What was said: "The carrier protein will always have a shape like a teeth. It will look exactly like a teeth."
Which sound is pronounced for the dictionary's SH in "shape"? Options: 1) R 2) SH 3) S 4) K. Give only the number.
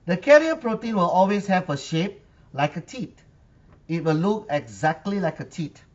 2